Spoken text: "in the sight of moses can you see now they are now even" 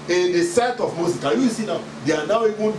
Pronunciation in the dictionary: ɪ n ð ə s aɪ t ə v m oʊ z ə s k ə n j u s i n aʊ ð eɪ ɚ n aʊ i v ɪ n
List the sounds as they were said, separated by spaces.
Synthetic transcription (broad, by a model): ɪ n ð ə s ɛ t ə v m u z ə k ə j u s i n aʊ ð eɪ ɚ n aʊ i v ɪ n